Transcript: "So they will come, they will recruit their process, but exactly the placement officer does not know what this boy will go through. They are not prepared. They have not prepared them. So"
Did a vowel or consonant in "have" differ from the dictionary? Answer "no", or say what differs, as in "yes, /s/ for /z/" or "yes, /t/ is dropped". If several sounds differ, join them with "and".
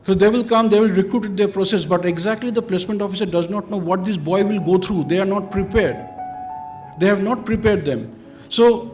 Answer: no